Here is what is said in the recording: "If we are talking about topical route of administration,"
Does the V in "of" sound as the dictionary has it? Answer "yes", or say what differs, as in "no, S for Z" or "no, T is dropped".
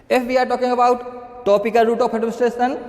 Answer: no, P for V